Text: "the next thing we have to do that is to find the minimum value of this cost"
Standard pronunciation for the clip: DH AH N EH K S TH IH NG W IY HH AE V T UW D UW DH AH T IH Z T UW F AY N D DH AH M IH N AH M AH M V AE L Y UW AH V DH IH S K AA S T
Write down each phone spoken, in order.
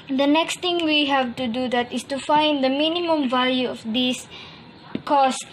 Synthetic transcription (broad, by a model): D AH N EH K S T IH NG W IY HH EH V T UW D UW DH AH T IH S T UW F AY N D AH M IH N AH M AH M V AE L Y UW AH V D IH S K AA S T